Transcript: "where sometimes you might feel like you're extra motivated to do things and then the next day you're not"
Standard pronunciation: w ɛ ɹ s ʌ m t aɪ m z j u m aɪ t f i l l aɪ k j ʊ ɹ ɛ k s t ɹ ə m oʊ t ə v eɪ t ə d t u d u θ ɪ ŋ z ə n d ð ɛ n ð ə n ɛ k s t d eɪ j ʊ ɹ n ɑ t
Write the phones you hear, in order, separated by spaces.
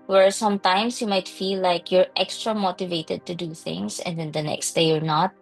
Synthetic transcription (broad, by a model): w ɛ ɹ s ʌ m t aɪ m s j u m aɪ t f i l l aɪ k j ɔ ɹ ɛ k s t ɹ ə m oʊ t ə v eɪ t ə d t u d u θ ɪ ŋ s ə n d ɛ n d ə n ɛ k s t d eɪ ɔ ɹ n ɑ t